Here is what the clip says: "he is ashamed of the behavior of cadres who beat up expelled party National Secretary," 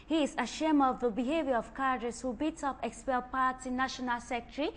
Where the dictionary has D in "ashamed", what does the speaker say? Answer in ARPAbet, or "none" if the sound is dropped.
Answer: none